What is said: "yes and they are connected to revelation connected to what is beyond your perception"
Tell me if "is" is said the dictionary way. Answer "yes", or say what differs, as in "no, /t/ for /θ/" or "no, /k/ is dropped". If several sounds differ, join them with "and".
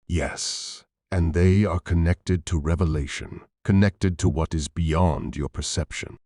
yes